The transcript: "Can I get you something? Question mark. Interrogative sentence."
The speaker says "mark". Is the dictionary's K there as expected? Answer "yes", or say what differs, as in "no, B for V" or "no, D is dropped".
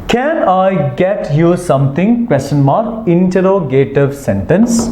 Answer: no, K is dropped